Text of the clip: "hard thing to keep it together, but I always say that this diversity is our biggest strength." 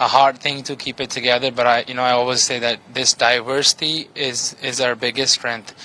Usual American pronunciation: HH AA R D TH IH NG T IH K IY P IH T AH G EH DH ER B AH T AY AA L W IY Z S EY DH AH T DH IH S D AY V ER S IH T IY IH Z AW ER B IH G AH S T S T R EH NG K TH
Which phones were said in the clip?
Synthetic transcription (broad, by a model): HH AA R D TH IH NG T IH K IY P IH T AH G EH DH ER B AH T AY AA L W IY Z S EY DH AH T DH IH S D AY V ER S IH T IY IH Z AW ER B IH G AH S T S T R EH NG K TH